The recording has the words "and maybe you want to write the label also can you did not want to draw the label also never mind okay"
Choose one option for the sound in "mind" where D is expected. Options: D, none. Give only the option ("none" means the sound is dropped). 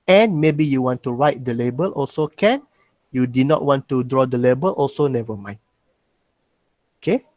none